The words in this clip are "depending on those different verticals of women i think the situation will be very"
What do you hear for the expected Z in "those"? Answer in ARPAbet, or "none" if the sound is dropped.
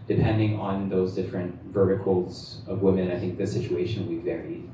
Z